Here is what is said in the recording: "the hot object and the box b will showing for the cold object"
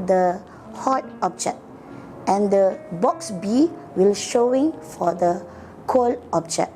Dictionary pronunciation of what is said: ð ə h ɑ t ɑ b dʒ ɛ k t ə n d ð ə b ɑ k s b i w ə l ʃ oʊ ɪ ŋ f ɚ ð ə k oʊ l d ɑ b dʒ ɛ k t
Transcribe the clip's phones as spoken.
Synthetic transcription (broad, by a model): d ə h ɑ t ɑ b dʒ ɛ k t ə n d ə b ɑ k s b i w ə l ʃ oʊ ɪ ŋ f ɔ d ə k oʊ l ɑ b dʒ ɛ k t